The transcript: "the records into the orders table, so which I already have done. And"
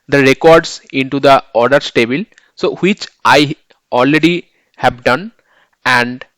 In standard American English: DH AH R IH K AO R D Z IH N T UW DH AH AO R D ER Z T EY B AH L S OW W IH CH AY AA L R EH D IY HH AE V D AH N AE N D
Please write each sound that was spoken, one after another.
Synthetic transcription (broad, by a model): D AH R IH K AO R D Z IH N T UW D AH AO R D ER S T EY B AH L S OW W IH CH AY AA L R EH D IY HH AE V D AH N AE N D